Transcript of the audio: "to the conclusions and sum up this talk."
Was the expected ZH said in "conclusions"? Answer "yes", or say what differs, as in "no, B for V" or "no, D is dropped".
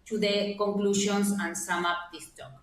no, SH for ZH